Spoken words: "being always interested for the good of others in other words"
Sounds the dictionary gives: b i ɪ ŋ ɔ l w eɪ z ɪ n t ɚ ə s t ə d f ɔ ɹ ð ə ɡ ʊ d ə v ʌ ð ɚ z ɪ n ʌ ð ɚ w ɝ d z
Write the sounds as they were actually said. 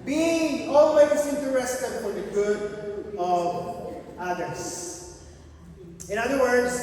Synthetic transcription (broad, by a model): b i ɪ ŋ ɔ l w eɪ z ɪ n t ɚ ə s t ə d f ɔ ɹ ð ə ɡ ʊ d ə v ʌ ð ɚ s ɪ n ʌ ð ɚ w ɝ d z